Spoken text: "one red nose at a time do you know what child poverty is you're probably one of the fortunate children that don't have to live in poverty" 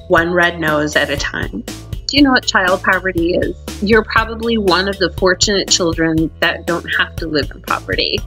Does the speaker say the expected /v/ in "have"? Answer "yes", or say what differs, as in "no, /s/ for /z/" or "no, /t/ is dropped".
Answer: no, /f/ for /v/